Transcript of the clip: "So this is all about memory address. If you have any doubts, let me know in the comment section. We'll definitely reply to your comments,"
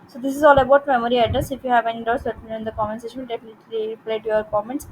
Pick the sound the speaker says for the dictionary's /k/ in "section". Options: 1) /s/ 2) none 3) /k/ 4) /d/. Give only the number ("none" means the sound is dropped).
2